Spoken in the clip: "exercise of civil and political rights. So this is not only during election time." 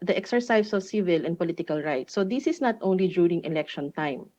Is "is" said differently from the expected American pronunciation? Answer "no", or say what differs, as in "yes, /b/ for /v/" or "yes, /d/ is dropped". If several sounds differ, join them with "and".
yes, /s/ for /z/